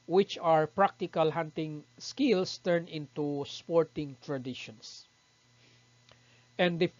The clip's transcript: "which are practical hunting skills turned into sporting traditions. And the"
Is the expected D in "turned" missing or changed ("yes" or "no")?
yes